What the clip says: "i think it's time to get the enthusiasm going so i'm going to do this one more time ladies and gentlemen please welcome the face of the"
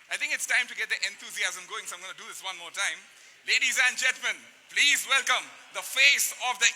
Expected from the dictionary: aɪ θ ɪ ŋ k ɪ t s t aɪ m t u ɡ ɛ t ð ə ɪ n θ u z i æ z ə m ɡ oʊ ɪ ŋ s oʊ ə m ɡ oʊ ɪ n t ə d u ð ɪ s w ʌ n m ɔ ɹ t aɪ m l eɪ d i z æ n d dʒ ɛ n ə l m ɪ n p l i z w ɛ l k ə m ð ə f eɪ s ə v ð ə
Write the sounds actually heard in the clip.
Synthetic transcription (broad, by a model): aɪ t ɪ ŋ k ɪ t s t aɪ m t u ɡ ɛ t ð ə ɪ n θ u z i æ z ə m ɡ oʊ ɪ ŋ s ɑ ə m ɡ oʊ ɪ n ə d u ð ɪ s w ʌ n m ɔ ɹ t aɪ m l eɪ d i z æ n dʒ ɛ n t m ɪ n p l i z w ɛ l k ə m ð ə f eɪ s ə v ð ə